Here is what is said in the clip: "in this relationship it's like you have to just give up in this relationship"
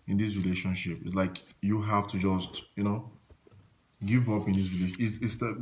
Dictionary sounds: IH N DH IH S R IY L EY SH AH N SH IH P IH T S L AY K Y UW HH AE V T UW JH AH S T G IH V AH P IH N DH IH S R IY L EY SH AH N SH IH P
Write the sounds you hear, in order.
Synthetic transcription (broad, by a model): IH N DH IH S R IY L EY SH AH N SH IH P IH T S L AY K Y UW HH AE F T UW JH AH S T G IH V AH P IH N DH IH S R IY L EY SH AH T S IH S